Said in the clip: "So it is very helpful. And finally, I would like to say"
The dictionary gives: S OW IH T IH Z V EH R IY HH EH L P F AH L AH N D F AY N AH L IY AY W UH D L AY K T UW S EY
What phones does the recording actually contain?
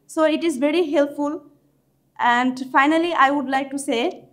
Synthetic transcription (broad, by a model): S OW IH T IH Z V EH R IY HH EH L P F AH L AH N D F AY N AH L IY AY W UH D L AY K T UW S EY